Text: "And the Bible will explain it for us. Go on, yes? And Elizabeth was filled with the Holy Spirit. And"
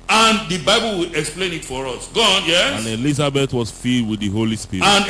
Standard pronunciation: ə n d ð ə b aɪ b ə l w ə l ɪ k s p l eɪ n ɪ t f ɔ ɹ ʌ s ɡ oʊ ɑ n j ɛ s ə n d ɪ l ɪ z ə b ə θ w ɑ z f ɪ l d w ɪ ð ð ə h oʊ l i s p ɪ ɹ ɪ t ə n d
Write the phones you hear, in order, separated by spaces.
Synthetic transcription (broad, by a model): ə n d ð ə b aɪ b ə l w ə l ɪ k s p l eɪ n ɪ t f ɔ ɹ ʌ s ɡ oʊ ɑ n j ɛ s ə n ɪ l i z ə b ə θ w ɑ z f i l d w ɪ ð ð ə h oʊ l i s p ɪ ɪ ə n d